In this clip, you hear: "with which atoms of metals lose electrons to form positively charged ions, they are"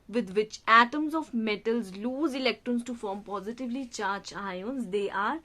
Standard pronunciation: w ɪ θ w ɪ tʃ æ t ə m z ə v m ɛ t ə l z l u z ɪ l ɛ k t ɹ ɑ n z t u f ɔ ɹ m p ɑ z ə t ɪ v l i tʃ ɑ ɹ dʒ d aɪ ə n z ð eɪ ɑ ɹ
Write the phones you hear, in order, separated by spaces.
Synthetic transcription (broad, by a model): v ɪ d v ɪ tʃ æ t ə m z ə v m ɛ t ə l z l u z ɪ l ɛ k t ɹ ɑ n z t u f ɔ ɹ m p ɑ z ə t ɪ v l i tʃ ɑ ɹ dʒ aɪ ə n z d eɪ ɑ ɹ